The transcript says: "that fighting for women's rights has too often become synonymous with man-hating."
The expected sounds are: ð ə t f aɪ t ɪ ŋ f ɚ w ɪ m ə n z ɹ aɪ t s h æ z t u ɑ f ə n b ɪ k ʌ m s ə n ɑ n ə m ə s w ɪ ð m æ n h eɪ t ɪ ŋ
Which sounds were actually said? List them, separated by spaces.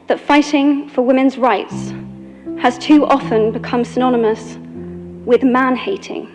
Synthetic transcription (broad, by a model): ð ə t f aɪ t ɪ ŋ f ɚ w ɪ m ə n z ɹ aɪ t s h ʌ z t u ɑ f ə n b ɪ k ʌ m s ə n ɑ n ə m ə s w ɪ ð m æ n h eɪ t ɪ ŋ